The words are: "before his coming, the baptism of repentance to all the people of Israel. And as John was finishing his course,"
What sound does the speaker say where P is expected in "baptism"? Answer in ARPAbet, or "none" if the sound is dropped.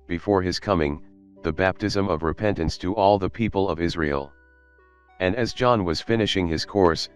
P